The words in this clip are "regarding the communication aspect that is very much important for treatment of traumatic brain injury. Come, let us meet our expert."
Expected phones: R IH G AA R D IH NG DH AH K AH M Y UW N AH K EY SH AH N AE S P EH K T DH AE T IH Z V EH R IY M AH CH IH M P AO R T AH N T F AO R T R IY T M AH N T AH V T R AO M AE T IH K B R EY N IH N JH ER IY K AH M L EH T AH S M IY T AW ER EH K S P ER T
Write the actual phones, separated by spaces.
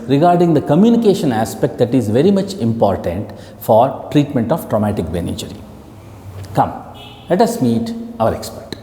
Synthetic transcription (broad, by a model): R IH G AA R D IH NG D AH K AH M Y UW N AH K EY SH AH N AE S P EH K T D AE T IH Z V EH R IY M AH CH IH M P AO R T AH N T F AO R T R IY T M AH N T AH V T R AO M AE T IH K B EY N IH JH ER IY K AH M L EH T AH S M IY T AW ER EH K S P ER T